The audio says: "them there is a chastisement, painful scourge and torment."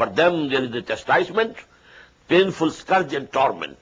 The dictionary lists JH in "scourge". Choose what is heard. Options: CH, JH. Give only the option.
JH